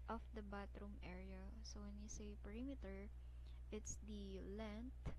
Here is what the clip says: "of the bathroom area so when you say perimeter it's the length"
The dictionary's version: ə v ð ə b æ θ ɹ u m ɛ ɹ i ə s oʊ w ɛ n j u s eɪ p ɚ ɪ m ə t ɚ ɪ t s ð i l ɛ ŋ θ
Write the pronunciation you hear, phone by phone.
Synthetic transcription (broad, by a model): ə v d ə b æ t ɹ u m ɛ ɹ i ə s oʊ w ɛ n j u s eɪ p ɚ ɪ m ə t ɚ ɪ t s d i l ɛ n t